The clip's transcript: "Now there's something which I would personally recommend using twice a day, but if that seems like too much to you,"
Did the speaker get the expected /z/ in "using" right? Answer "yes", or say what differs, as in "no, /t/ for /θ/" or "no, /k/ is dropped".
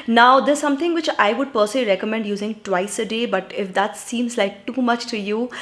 yes